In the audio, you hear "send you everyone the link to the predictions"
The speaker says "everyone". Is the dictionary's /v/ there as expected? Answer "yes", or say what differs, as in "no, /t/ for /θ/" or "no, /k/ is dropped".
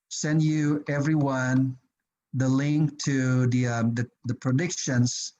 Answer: yes